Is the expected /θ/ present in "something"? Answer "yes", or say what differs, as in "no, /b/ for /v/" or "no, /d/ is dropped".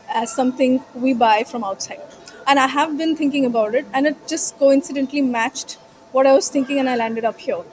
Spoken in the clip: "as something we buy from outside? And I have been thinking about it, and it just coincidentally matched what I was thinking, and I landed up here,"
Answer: no, /t/ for /θ/